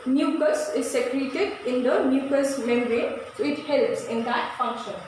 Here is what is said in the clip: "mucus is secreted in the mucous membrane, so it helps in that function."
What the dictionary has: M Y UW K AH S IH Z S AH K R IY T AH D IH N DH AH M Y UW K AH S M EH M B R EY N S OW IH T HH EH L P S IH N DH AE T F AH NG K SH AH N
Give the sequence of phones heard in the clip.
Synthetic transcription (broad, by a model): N Y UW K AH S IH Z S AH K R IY T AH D IH N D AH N Y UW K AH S M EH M R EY S OW IH T HH EH L P S IH N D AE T F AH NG K SH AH N